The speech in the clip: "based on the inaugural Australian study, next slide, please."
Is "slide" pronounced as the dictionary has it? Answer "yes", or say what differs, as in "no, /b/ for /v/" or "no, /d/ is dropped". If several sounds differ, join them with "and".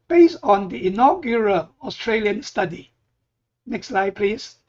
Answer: yes